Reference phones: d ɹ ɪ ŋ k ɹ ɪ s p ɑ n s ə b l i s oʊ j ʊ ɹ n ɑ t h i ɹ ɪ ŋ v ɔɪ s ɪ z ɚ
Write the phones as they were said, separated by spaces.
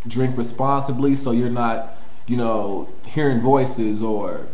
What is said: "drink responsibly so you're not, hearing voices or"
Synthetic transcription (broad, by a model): d ɹ ɪ ŋ k ɹ ɪ s p ɑ n s ə b l i s oʊ j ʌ ɹ n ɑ t h i ɹ ɪ ŋ v ɔɪ s ɪ z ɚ